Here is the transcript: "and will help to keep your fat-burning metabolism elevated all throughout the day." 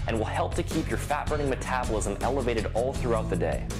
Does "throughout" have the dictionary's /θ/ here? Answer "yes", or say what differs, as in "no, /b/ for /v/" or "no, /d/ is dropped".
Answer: yes